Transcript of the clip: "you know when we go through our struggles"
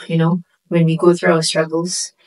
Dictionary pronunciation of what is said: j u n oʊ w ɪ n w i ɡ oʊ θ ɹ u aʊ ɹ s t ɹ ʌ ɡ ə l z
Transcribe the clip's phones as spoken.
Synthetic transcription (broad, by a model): j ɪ n oʊ w ɪ n w i ɡ oʊ θ ɹ u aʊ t s t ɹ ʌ ɡ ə l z